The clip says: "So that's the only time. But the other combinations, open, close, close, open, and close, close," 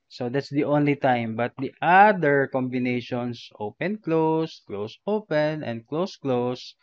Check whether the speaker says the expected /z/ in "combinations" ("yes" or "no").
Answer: no